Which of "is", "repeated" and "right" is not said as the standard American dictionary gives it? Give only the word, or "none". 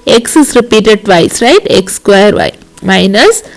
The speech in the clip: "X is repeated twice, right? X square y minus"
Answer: is